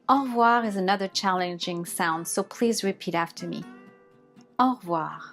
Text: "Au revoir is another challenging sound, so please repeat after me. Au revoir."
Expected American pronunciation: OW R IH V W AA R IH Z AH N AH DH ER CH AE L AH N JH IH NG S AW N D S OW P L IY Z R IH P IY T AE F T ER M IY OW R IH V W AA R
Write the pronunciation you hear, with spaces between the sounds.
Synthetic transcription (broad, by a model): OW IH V W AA R IH Z AH N AH DH ER CH AE L AH N JH IH NG S AW N D S OW P L IY Z R IH P IY T AE F T ER M IY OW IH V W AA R